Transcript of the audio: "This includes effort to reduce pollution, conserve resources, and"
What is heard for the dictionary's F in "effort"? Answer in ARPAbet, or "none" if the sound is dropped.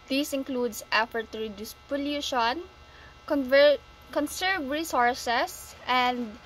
F